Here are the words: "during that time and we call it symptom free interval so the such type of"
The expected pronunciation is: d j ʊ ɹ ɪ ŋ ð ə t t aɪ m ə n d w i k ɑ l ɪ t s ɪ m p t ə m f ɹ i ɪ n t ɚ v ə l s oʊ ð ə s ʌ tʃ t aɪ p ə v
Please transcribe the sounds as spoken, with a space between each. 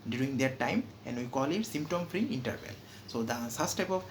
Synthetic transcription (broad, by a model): d j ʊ ɹ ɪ ŋ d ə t t aɪ m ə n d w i k ɑ l ɪ t s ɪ m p t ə m f ɹ i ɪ n t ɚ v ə l s oʊ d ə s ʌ s t aɪ p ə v